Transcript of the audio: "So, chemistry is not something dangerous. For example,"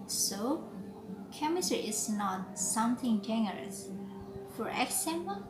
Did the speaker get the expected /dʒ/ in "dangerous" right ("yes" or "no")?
no